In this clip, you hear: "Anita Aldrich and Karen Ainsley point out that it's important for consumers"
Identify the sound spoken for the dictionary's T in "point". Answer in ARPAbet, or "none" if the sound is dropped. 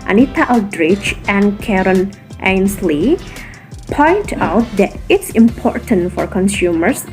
T